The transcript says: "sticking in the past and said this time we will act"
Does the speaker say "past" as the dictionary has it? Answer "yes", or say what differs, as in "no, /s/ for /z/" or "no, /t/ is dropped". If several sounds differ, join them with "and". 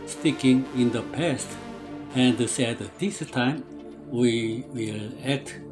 yes